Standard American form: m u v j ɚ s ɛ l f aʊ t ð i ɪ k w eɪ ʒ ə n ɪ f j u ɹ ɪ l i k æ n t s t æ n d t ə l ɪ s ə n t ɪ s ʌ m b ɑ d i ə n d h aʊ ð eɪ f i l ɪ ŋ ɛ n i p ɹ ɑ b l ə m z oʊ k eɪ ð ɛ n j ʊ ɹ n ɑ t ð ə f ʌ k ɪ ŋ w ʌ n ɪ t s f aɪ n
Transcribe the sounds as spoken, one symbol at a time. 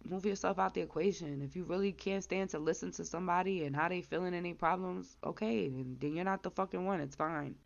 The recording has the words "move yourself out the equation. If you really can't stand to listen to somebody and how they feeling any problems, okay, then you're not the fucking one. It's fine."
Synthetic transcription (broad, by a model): m u v j ɚ s ɛ l f aʊ t ð i ɪ k w eɪ ʒ ə n ɪ f j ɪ ɹ ɪ l i k æ n t s t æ n t ə l ɪ s ə n t ɪ s ʌ m b ɑ d i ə n h aʊ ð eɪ f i l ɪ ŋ ɛ n i p ɹ ɑ b l ə m z oʊ k eɪ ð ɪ n j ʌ ɹ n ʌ t ð ə f ʌ k ɪ ŋ w ʌ n ɪ t s f aɪ n